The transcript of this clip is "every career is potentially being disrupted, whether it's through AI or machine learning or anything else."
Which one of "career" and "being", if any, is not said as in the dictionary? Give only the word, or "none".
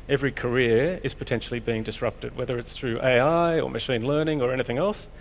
none